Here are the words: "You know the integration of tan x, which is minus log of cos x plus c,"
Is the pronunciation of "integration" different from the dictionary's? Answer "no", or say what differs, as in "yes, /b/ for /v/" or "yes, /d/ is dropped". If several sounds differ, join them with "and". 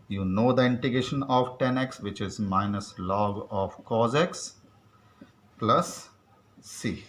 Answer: yes, /ɹ/ is dropped